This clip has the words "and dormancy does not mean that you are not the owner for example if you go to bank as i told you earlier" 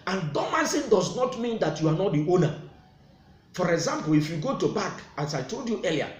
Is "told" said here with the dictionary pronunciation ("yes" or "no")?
yes